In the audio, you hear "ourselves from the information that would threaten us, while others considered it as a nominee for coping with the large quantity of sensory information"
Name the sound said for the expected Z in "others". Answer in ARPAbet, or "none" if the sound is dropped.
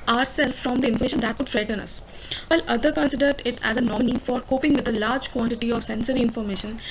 none